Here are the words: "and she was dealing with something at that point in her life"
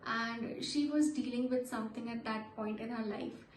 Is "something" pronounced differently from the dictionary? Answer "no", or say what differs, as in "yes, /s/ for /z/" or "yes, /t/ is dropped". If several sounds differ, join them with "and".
yes, /t/ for /θ/